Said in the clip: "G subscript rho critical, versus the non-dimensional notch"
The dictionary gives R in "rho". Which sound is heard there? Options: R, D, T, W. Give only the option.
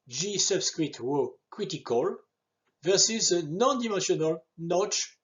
W